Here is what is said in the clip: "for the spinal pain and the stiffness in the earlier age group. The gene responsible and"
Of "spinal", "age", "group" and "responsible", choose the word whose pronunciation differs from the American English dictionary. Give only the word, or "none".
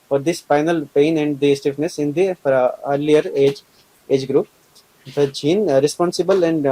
spinal